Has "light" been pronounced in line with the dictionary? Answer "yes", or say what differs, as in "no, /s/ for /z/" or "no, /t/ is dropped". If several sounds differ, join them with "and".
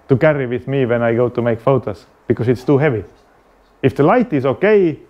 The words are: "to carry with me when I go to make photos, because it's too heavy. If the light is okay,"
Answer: yes